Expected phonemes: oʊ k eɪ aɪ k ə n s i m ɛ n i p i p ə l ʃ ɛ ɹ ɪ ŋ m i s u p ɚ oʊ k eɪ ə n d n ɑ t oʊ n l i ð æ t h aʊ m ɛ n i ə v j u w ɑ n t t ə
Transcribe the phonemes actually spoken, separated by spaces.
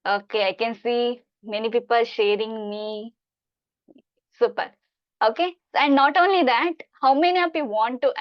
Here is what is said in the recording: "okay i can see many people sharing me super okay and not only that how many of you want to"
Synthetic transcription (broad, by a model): oʊ k eɪ aɪ k ə n s i m ɛ n i p i p ə l ʃ ɛ ɹ ɪ ŋ m i s u p ɚ oʊ k eɪ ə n d n ɑ t oʊ n l i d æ t h aʊ m ɛ n i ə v j u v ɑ n t t